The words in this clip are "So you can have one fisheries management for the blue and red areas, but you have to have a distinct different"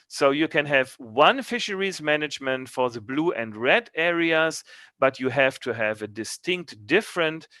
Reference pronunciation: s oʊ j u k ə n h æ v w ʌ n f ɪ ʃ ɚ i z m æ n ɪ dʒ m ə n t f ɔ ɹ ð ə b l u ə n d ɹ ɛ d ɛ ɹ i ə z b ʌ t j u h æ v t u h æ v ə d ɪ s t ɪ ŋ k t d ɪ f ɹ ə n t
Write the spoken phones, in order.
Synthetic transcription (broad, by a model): s oʊ j u k ə n h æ v w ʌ n f ɪ ʃ ɚ i z m æ n ɪ dʒ m ə n t f ɔ ɹ ð ə b l u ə n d ɹ ɛ d ɛ ɹ i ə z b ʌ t j u h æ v t u h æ v ə d ɪ s t ɪ ŋ k t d ɪ f ɹ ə n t